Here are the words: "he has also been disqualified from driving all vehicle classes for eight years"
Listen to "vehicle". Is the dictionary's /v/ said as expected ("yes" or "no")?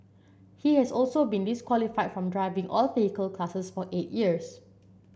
no